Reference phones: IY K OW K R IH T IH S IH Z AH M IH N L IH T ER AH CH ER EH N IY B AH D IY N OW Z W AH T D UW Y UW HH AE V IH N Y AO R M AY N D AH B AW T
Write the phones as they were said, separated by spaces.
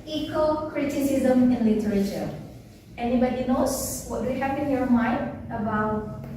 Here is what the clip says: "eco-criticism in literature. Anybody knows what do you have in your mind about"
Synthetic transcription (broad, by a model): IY K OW K R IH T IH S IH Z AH M IH N L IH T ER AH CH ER EH N IY B AH D IY N OW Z W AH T D UW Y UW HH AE P IH N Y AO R M AY N D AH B AW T